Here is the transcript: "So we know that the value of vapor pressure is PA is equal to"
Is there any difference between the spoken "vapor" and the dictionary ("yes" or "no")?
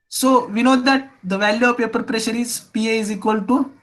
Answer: yes